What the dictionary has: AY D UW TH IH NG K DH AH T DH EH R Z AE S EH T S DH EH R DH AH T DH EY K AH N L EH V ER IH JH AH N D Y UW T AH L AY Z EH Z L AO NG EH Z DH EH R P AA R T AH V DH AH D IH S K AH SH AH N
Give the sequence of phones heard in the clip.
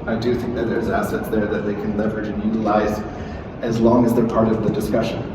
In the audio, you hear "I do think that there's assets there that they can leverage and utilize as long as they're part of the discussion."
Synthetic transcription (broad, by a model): AY D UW TH IH NG K DH AH T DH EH R Z AE S EH T S DH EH R DH AH T DH EY K AH N L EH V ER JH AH N Y UW T AH L AY Z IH Z L AO NG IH Z DH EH R P AA R T AH V DH AH D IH S K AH SH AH N